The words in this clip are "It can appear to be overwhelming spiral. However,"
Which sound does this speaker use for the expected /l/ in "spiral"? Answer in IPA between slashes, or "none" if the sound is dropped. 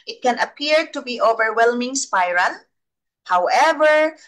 /n/